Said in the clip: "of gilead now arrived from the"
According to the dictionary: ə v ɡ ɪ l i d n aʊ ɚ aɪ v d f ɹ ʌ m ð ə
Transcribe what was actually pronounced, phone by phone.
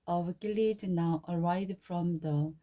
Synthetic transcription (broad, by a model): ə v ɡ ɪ l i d n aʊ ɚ aɪ d f ɹ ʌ m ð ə